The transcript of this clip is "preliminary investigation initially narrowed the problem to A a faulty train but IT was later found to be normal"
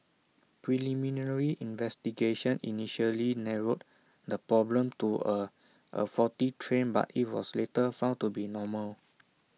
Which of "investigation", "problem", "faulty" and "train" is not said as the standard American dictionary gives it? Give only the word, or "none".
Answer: faulty